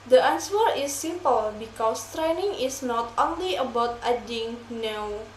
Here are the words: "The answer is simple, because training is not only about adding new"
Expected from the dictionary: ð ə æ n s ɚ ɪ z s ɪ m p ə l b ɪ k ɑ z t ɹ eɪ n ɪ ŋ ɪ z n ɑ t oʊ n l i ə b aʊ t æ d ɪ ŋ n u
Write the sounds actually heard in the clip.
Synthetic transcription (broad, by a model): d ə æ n s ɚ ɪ s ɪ m p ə l b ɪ k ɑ s t ɹ eɪ n ɪ ŋ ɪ s n ɑ t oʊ n l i ə b aʊ t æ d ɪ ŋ n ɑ